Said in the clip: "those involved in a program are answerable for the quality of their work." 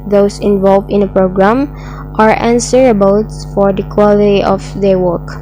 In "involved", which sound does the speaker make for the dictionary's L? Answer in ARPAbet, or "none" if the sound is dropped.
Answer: L